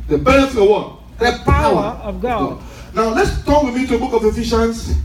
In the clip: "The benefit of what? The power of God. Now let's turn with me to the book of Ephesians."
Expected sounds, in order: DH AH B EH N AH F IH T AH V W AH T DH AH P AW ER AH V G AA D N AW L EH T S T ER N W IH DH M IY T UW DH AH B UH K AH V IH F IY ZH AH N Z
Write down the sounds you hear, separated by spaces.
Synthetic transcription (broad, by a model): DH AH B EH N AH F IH AH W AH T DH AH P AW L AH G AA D N AW L EH T S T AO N W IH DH M IY T UW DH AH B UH K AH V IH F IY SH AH N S